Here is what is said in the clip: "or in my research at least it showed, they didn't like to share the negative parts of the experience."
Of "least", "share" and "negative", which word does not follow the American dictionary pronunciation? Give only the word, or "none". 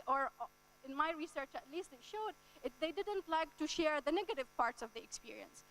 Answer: none